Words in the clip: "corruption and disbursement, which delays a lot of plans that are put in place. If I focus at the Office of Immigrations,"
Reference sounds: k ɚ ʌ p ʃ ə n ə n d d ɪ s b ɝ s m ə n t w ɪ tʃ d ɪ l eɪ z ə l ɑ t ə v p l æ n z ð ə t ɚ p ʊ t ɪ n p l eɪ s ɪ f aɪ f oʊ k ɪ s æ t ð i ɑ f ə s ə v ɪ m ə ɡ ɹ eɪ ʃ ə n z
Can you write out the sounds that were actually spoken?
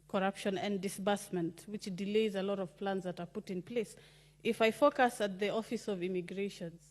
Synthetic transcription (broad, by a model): k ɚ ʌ p ʃ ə n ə n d d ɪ s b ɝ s m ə n t w ɪ tʃ d ɪ l eɪ z ə l ɑ t ə v p l æ n z ð ə t ɚ p ʊ t ɪ n p l eɪ s ɪ f aɪ f oʊ k ɪ s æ t ð i ɑ f ə s ə v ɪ m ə ɡ ɹ eɪ ʃ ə n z